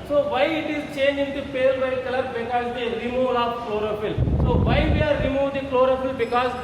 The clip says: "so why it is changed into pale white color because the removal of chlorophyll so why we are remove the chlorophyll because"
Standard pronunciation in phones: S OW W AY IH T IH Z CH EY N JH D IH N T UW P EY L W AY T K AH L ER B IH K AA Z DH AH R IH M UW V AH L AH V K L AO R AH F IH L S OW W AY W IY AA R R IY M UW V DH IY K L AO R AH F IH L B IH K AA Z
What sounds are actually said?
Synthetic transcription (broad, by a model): S OW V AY IH T IH Z CH EY N JH IH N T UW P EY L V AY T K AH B B IH K AA Z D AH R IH M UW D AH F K L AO R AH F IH L S OW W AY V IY AA R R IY M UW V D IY K L AO R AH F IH L B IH K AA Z